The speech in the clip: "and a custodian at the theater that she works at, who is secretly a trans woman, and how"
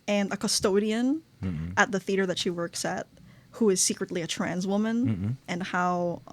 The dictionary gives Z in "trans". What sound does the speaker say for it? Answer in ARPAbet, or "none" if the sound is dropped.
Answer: Z